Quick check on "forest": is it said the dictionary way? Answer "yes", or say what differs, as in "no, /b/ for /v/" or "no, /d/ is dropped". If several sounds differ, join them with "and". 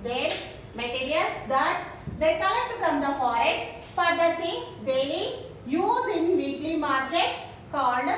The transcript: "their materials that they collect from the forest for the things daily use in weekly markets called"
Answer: yes